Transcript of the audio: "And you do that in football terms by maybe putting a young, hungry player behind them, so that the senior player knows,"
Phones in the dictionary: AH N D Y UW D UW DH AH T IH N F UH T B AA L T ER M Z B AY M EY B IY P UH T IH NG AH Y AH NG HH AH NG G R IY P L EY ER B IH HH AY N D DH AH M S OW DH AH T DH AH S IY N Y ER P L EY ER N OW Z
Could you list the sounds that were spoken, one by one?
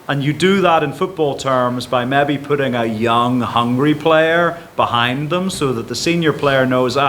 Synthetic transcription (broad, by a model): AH N Y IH D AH DH AH T IH N F UH T B AA L T ER M Z B AY M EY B IY P UH T IH NG AH Y AH NG HH AH NG G R IY P L EY ER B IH HH AY N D DH AH M S OW DH AH T DH AH S IY N Y ER P L EY ER N OW Z